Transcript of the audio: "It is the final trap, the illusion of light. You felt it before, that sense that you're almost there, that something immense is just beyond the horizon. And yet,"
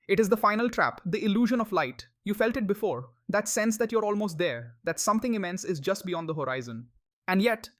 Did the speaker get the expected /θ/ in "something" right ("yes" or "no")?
no